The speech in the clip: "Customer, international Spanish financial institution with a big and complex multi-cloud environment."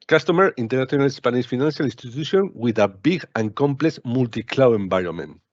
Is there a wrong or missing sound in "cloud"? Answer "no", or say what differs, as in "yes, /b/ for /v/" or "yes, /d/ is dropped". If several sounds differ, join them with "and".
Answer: yes, /d/ is dropped